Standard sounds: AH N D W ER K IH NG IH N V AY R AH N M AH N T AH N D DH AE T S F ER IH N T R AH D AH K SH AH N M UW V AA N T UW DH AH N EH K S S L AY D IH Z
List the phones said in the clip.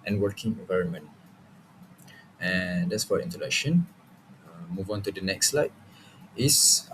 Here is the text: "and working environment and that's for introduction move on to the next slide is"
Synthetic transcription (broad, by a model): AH N W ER K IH NG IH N V AY R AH N M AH N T AH N D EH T S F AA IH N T AH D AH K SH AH N M UW V AA N T UW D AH N EH K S S L AY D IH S